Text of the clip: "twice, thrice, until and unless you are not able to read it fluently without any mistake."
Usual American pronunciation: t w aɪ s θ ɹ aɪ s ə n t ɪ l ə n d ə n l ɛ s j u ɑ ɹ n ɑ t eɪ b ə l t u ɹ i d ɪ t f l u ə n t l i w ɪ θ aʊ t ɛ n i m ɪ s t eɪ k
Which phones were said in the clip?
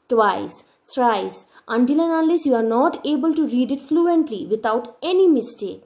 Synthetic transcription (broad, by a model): t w aɪ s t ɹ aɪ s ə n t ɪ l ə n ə l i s j u ɑ ɹ n ɑ t eɪ b ə l t u ɹ i d ɪ t f l u ə n t l i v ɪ t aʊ t ɛ n i m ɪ s t eɪ k